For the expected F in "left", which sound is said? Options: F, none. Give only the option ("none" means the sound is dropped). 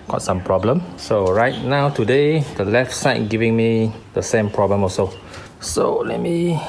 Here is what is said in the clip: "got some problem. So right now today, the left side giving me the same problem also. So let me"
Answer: F